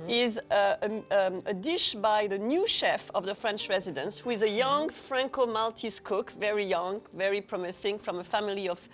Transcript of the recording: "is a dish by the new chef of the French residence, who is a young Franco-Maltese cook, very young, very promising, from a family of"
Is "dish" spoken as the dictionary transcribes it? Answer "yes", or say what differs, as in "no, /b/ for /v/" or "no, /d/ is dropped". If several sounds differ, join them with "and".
yes